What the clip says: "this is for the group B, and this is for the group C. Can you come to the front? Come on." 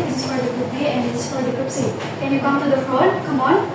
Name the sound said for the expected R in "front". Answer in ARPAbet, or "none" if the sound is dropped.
none